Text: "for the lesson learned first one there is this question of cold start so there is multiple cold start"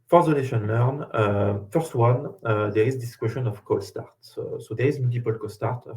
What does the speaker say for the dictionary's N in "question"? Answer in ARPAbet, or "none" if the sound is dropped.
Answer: N